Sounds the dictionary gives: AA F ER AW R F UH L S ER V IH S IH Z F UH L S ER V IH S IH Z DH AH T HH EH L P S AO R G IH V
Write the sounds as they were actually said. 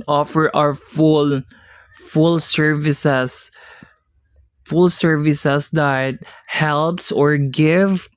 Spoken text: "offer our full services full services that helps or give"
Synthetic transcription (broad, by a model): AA F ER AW L F UH L S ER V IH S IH S F UH L S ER V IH S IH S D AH T HH EH L P S AO R G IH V